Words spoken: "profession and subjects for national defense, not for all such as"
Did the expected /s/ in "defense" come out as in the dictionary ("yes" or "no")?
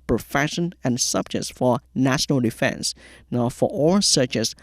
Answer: yes